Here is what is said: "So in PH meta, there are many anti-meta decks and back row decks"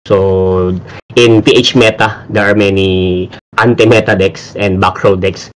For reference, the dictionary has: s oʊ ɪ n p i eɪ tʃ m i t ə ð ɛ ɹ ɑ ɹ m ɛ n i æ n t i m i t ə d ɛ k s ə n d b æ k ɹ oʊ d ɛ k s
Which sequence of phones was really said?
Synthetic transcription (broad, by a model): s oʊ ɪ n p i eɪ tʃ m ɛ t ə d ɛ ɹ ɑ ɹ m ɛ n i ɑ n t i m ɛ t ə d ɛ k s ə n d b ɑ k ɹ oʊ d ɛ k s